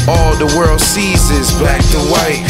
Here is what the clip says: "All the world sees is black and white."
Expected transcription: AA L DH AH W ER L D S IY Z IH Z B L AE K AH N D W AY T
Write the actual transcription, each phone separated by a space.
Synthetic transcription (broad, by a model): AA L DH AH W ER L D S IY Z IH Z B AE K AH W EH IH